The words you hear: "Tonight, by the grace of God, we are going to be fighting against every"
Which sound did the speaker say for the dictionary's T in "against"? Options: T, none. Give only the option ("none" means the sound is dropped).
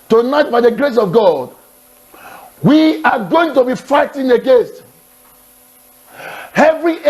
T